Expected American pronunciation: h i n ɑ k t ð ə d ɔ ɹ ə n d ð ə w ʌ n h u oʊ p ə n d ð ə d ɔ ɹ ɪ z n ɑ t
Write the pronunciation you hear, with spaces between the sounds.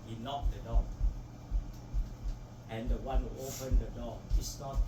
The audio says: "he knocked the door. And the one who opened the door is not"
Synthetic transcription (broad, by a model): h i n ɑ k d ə d ɔ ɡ ə n d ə w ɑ n h u oʊ p ə n d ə d ɔ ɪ s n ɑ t